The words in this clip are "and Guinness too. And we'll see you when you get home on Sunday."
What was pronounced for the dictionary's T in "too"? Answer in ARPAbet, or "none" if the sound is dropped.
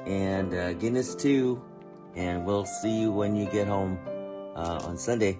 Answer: T